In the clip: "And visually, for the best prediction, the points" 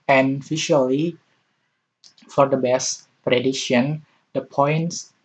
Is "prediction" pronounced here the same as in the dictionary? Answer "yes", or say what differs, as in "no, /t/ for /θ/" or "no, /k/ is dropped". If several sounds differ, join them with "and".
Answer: no, /k/ is dropped